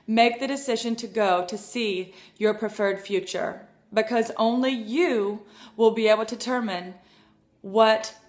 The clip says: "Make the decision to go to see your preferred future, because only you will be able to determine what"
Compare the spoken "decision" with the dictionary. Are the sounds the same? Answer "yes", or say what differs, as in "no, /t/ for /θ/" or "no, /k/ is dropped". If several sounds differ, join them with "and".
yes